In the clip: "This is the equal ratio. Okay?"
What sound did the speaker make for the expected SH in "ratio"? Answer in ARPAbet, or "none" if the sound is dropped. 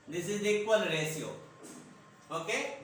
S